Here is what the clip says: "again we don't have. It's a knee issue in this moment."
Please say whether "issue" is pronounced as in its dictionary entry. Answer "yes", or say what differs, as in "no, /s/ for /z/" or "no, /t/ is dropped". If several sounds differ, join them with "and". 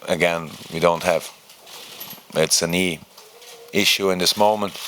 yes